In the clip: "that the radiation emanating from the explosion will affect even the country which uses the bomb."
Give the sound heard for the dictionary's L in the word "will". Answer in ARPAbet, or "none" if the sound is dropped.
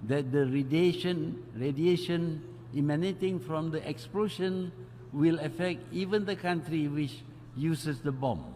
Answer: L